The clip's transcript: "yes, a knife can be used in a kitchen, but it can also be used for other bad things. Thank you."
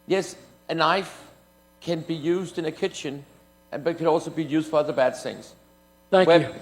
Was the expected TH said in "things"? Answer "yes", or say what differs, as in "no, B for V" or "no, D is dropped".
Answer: yes